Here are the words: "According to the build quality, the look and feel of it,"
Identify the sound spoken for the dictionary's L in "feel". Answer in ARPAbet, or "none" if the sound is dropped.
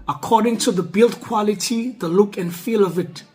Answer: L